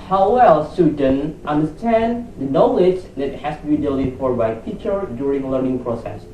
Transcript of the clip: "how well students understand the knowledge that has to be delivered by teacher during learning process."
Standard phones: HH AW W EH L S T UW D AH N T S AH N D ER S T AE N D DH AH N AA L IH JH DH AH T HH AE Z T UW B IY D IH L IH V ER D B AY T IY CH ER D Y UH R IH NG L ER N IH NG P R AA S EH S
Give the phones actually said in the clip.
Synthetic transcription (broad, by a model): HH AW W EH L S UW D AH N T AH N D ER S T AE N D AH N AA L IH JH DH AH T HH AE S T UW B IY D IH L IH F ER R B AY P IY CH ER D Y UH R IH NG L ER N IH NG P R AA S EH S